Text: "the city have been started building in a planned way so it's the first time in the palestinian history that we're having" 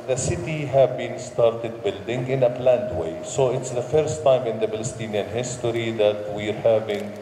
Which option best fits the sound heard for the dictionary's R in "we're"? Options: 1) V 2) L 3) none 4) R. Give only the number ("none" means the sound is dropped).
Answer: 4